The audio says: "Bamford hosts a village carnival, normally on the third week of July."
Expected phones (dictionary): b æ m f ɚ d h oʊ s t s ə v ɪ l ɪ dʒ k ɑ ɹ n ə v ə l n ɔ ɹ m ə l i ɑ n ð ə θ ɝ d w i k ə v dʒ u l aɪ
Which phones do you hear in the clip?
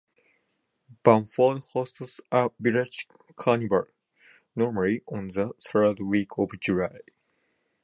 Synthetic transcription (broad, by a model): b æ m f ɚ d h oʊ s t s ə b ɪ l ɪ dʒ k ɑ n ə b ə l n ɔ ɹ m ə l i ɑ n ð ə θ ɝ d w i k ə v dʒ u l aɪ